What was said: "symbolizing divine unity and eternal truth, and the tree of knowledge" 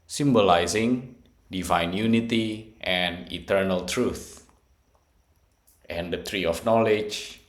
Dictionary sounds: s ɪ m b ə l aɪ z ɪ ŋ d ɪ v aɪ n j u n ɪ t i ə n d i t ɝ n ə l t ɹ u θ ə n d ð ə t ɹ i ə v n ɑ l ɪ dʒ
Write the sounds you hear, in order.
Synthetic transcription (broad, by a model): s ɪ m b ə l aɪ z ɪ ŋ d ɪ v aɪ n j u n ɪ t i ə n i t ɝ n ə l t ɹ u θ ə n d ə t ɹ i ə f n ɑ l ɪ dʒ